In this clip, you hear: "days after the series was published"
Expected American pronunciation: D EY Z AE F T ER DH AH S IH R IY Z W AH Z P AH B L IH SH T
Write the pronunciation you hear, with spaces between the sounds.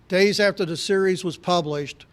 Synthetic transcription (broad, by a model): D EY Z AE F T ER DH AH S IH R IY Z W AH Z P AH B L IH SH T